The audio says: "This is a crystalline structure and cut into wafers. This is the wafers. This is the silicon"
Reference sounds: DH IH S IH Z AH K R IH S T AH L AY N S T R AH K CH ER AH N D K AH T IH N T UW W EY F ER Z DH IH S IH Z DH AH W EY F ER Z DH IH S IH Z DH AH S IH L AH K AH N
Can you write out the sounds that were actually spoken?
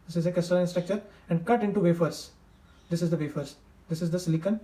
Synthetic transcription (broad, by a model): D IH S IH Z AH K IH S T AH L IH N S T R AH K CH ER AH N D K AH T IH N T UW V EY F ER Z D IH S IH Z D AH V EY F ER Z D IH S IH Z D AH S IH L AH K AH N